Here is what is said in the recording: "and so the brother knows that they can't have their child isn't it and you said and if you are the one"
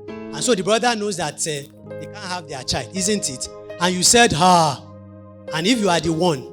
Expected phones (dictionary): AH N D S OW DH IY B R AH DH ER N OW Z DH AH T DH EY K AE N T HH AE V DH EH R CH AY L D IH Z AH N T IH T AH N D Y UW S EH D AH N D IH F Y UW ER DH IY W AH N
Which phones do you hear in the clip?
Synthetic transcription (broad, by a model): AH N S OW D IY B R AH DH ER N OW Z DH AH T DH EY K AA N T HH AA V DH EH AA CH AY L D IH Z AH N T IH T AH N Y UW S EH D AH N IH F Y UW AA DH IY W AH N